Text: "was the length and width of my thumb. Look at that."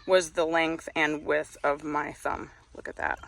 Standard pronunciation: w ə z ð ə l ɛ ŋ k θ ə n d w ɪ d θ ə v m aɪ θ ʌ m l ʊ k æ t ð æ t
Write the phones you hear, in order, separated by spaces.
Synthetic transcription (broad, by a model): w ə z ð ə l ɛ ŋ k θ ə n w ɪ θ ə v m aɪ θ ʌ m l ʊ k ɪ t ð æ t